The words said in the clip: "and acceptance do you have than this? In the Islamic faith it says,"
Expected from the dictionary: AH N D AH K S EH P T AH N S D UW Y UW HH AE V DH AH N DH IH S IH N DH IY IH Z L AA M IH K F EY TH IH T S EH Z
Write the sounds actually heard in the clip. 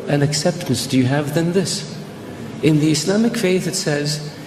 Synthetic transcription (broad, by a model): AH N AH K S EH P T AH N S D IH Y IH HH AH V DH AH N DH IH S IH N DH IY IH S L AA M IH K F EY TH IH T S EH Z